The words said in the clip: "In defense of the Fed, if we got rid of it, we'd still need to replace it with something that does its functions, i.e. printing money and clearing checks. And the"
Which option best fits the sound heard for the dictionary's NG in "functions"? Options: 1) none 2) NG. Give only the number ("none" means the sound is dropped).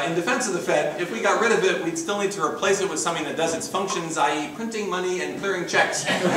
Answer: 2